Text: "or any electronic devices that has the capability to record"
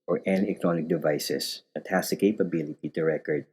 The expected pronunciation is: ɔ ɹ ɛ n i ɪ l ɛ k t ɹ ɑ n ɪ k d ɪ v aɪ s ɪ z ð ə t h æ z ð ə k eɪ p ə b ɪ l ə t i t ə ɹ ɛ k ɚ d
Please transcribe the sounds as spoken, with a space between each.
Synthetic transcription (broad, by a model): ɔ ɹ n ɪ n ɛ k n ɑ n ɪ k d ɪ v aɪ s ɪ s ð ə t h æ s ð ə k eɪ p ə b ɪ l ə t i t ə ɹ ɛ k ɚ d